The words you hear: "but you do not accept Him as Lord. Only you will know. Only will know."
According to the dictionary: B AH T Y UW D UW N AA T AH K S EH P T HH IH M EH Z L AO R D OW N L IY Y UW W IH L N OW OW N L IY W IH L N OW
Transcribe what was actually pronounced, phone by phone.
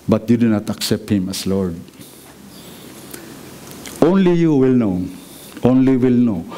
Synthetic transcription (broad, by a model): B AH T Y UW D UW N AA T AH K S EH P T HH IH M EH S L AO R D OW N L IY Y UW W IH L N OW OW N L IY W IH L N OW